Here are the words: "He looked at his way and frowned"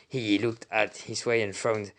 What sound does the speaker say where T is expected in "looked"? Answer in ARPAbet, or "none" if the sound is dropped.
T